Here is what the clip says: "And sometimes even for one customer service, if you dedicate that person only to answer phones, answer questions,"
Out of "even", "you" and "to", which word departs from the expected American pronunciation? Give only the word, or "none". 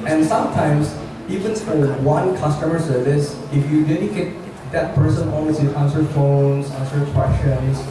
to